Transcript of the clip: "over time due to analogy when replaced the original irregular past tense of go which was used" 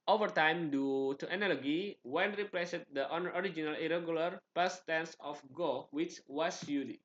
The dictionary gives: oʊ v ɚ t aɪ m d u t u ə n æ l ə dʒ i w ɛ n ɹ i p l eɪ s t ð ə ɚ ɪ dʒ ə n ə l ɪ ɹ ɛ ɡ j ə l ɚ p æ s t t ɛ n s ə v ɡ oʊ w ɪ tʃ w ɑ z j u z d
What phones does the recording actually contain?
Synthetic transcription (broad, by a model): oʊ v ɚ t aɪ m d u t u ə n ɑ l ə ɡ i w ɛ n ɹ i p l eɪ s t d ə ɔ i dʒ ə n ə l ɪ ɹ ɛ ɡ j ə l ɚ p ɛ s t t ɛ n s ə f ɡ oʊ w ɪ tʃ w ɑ s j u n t